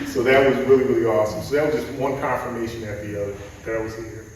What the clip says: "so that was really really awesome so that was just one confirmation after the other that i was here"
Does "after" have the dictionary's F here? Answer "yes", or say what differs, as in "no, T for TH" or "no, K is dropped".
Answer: no, F is dropped